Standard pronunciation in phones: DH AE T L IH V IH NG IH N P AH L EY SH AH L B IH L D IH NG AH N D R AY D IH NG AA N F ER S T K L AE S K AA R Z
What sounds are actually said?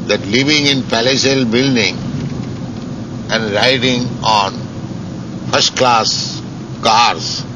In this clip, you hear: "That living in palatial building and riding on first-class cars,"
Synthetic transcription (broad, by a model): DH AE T L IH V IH NG IH N P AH L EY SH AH L B IH L D IH NG AH N D R AY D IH NG AA N F ER S T K L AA S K AA R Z